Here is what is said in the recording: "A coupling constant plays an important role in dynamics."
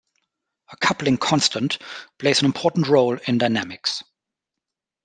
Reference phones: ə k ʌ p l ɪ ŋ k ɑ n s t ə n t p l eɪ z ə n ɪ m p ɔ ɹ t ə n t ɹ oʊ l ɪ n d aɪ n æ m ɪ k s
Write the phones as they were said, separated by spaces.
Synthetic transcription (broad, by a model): ə k ʌ p l ɪ ŋ k ɑ n s t ə n t p l eɪ z ə n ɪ m p ɔ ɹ t n t ɹ oʊ l ɪ n d aɪ n æ m ɪ k s